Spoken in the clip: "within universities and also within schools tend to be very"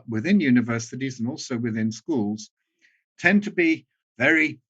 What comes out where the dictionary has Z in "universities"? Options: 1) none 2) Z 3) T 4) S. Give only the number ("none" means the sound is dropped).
2